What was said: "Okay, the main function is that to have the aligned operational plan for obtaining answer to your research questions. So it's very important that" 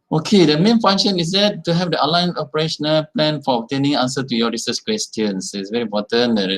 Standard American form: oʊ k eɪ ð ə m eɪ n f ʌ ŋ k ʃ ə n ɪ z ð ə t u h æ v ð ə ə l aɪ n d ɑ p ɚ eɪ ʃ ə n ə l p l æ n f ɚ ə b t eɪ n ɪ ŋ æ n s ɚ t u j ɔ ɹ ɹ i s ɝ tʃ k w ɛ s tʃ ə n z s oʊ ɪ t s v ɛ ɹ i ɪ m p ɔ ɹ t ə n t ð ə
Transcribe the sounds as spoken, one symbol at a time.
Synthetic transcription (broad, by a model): oʊ k eɪ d ə m eɪ n f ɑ ŋ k ʃ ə n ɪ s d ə t u h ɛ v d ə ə l aɪ n ɑ p ɚ eɪ ʃ ə n ə l p l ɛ n f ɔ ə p t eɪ n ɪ ŋ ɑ n s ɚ t u j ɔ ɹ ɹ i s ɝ s k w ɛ s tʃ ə n s ɪ t s v ɛ ɹ i m p ɔ t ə n